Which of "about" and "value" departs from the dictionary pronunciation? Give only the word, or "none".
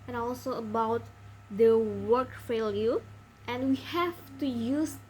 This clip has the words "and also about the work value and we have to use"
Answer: value